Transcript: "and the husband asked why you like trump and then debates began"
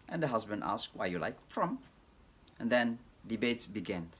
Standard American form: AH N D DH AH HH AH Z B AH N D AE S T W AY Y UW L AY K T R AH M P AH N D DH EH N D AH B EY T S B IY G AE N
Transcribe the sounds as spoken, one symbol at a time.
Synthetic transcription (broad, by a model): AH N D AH HH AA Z B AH N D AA S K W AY Y UW L AY K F R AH M AH N D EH N D AH B EY T S B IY G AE N